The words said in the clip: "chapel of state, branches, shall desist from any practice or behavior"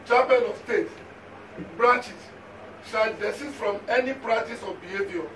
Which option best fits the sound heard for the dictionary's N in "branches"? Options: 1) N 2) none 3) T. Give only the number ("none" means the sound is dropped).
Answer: 2